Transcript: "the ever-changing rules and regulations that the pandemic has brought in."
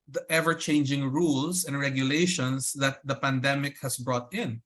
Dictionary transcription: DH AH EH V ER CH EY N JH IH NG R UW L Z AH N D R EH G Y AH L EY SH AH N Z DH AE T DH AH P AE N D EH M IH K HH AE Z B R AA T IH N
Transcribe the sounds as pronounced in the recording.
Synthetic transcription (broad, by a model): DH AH EH V ER CH EY N JH IH NG R UW L S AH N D R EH G Y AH L EY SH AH N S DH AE T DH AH P AE N D EH M IH K HH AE S B R AA T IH N